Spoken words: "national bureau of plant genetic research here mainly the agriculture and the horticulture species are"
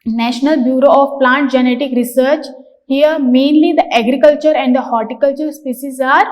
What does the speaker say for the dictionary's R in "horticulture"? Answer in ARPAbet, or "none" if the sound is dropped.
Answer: R